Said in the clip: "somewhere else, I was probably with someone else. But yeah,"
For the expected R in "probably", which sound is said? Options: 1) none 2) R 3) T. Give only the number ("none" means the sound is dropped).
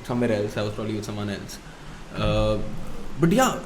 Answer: 2